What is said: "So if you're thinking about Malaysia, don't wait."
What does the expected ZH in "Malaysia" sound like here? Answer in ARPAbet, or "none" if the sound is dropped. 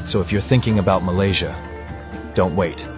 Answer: ZH